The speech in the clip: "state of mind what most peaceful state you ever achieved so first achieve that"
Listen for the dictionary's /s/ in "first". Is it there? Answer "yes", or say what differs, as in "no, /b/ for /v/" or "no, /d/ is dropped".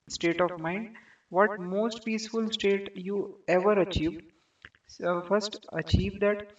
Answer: yes